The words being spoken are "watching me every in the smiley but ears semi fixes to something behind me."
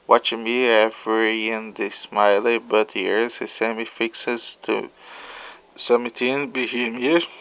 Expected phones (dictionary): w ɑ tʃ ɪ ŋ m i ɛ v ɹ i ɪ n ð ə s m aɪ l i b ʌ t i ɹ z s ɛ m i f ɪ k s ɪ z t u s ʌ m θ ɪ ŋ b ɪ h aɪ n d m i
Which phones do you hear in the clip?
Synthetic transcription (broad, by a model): w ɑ tʃ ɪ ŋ m i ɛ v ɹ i ɪ n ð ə s m aɪ l i b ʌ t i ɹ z s ɛ m i f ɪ k s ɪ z t u s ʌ m t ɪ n b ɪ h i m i